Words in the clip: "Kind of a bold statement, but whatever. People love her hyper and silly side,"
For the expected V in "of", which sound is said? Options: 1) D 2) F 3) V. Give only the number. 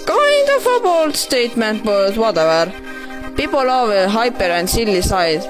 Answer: 2